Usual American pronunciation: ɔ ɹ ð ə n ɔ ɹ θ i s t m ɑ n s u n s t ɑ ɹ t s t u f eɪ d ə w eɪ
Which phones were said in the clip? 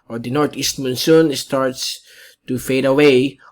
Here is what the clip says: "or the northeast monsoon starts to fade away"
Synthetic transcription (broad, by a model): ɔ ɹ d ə n ɔ ɹ t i s t m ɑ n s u n s t ɑ ɹ t s t u f eɪ d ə w eɪ